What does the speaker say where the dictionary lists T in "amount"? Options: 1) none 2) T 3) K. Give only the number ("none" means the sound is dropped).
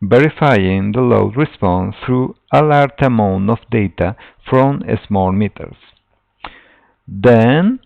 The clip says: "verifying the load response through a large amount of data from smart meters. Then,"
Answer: 1